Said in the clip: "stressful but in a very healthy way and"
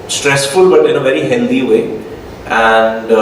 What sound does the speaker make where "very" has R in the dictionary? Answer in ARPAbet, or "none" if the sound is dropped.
R